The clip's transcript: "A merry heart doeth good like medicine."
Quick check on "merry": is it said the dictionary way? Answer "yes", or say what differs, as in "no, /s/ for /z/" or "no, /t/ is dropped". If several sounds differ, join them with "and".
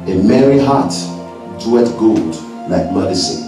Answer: yes